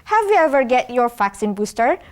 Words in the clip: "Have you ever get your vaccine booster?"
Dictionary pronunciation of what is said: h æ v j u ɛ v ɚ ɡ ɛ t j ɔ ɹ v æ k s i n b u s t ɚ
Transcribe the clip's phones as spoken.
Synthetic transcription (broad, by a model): h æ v j u ɛ v ɚ ɡ ɛ t j ɔ ɹ f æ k s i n b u s t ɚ